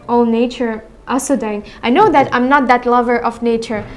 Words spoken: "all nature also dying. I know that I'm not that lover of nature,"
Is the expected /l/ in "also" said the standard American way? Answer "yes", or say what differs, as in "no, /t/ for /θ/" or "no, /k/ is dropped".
no, /l/ is dropped